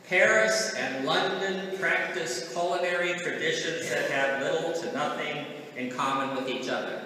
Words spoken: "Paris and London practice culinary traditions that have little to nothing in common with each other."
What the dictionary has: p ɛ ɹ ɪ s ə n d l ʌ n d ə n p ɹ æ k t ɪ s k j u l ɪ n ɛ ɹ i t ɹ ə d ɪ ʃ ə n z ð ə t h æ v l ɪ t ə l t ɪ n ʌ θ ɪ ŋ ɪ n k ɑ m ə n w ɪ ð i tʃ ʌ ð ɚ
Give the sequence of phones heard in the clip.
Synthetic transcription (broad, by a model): p ɛ ɹ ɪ s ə n l ʌ n d ə n p ɹ æ k t ɪ s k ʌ l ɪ n ɛ ɹ i t ɹ ə d ɪ ʃ ə n z ð ə t h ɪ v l ɪ t l t ɪ n ʌ θ ɪ ŋ ɪ n k ɑ m ə n w ɪ ð i tʃ ʌ ð ɚ